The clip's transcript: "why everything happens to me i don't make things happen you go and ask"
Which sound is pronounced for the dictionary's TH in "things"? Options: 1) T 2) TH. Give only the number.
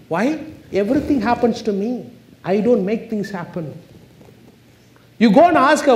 1